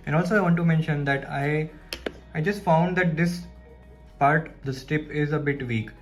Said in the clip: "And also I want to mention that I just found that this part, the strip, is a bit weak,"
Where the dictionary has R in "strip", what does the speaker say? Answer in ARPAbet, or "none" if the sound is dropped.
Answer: none